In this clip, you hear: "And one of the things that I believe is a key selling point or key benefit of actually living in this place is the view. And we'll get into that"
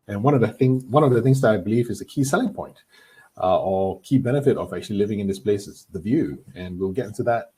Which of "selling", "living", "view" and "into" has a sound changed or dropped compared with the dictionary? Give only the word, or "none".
none